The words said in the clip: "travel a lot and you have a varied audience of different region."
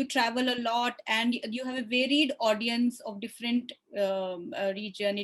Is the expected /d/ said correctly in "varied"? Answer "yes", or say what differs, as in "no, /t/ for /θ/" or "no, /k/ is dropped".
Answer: yes